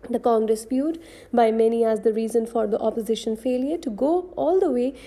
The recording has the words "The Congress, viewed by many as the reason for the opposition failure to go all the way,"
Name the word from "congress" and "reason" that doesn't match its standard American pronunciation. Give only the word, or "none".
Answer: none